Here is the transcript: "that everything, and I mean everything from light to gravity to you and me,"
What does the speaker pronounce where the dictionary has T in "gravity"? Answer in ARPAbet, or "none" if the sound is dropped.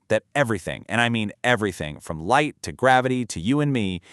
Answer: T